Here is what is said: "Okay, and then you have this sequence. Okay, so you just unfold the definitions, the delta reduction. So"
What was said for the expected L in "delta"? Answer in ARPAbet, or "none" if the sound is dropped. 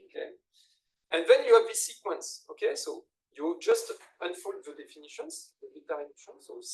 none